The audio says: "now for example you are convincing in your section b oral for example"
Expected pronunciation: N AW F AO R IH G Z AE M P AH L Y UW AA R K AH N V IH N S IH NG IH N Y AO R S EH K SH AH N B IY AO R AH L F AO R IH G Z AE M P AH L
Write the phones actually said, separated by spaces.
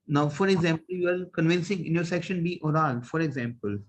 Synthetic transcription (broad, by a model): N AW F AO R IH G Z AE M P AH L Y UW AA R K AH N V IH N S IH NG IH N Y AO R S EH K SH AH N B IY AO R AH L F AO R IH G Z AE M P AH L